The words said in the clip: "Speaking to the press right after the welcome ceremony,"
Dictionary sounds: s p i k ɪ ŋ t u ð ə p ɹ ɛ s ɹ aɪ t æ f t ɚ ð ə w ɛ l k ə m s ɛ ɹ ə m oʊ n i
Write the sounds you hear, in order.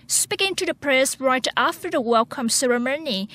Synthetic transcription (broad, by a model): s p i k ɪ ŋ t u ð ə p ɹ ɛ s ɹ aɪ t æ f t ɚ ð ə w ɛ l k ə m s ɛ ɹ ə m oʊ n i